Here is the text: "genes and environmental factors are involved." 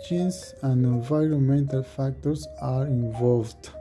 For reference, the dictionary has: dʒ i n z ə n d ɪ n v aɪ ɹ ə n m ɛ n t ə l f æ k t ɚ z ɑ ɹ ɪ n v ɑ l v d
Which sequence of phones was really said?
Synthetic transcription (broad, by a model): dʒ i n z ə n d ɪ n v aɪ ɹ ə n m ɛ n t ə l f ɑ k t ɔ s ɑ ɹ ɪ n v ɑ l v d